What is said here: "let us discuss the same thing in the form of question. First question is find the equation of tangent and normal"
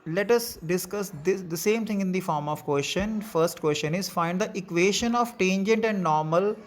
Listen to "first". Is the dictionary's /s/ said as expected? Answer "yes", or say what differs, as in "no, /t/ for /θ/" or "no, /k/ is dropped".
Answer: yes